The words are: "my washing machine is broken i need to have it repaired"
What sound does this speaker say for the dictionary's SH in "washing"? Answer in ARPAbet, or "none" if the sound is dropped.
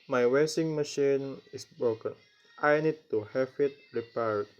S